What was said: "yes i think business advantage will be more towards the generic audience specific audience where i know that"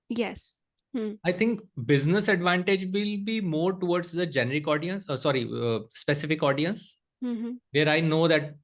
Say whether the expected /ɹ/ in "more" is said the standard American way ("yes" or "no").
yes